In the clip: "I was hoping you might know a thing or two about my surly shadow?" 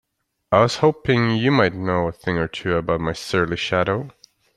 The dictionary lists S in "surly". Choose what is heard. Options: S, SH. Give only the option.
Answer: S